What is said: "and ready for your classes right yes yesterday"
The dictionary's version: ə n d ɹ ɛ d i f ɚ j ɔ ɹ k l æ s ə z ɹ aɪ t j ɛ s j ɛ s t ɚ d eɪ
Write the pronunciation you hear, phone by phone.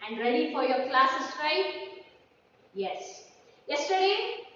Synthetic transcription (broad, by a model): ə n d ɹ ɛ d i f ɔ j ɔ k l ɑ s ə s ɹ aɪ j ɛ s j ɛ s t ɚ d eɪ